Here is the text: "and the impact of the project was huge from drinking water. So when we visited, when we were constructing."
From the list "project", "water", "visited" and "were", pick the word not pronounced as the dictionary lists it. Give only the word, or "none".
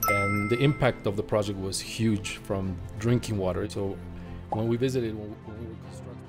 none